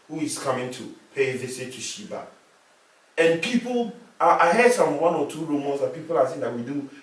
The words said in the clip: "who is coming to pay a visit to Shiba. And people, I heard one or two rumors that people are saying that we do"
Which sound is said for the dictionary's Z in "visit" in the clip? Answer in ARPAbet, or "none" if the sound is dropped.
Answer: S